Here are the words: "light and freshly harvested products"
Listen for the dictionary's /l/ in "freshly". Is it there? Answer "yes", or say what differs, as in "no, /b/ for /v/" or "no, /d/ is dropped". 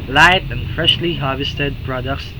yes